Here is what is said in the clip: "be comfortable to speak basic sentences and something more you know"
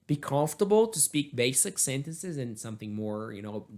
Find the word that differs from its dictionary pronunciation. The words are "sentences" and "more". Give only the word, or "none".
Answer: none